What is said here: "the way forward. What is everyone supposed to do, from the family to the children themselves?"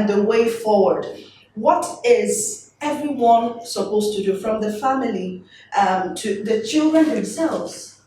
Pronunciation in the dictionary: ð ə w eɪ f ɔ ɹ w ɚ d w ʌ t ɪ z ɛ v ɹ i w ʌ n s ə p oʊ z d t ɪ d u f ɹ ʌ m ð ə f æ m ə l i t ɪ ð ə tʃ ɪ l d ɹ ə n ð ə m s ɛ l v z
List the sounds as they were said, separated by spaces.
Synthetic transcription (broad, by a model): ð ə w eɪ f ɔ ɹ w ɚ d w ʌ t ɪ z ɛ v ɹ i w ʌ n s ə p oʊ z t ɪ d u f ɹ ʌ m ð ə f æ m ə l i t ɪ ð ə tʃ ɪ l d ɹ ə n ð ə m s ɛ l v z